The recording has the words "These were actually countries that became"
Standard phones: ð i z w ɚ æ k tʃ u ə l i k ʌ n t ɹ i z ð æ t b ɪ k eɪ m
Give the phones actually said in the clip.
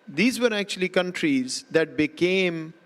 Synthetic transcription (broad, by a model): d i z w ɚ æ k tʃ u ə l i k ʌ n t ɹ i z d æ t b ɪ k eɪ m